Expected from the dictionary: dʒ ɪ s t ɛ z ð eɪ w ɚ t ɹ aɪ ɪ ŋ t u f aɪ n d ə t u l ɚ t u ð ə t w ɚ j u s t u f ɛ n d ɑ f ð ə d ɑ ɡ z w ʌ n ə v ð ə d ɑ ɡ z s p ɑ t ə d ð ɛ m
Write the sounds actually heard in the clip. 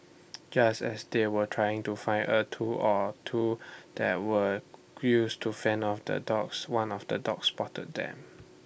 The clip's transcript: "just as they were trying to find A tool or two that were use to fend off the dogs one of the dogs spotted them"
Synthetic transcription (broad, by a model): dʒ ɪ s t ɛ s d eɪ w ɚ t ɹ aɪ ɪ ŋ t u f aɪ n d ə t u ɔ t u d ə t w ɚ j u s t u f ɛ n ɑ f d ə d ɑ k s w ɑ n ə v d ə d ɑ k s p ɑ t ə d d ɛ m